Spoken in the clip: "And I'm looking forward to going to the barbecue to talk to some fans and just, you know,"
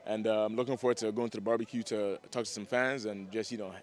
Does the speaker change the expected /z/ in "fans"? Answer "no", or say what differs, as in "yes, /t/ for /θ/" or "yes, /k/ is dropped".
no